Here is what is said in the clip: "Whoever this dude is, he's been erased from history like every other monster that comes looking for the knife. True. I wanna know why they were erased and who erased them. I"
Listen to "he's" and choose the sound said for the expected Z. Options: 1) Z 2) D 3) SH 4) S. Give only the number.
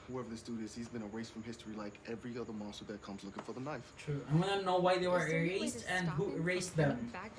1